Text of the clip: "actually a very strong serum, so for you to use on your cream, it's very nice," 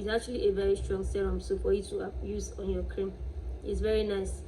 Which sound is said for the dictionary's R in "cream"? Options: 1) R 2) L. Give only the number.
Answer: 1